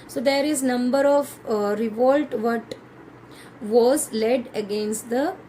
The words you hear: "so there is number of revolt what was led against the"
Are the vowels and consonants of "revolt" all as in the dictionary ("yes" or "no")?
yes